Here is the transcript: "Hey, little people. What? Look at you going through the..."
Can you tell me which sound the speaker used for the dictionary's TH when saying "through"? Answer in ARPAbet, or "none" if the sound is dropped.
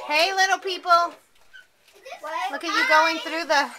TH